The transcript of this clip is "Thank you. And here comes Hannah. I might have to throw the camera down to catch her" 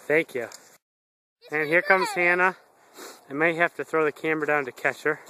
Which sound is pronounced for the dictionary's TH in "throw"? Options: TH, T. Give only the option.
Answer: TH